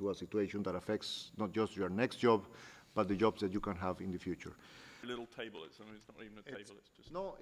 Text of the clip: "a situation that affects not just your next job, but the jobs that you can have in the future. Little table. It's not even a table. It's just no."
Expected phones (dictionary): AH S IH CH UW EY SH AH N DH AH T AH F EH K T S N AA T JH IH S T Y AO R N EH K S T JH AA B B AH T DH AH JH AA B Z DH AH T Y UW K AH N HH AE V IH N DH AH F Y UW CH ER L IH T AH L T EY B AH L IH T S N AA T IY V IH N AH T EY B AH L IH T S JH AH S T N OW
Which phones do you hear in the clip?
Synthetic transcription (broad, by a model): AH S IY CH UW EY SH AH N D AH T AH F EH K T S N AA T JH IH S T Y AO R N EH K S T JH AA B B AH T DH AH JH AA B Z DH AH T Y UW K AH N HH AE V IH N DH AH F Y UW CH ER L IH T L T EY B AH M IH T S N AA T IY V N AH T EY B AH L IH T S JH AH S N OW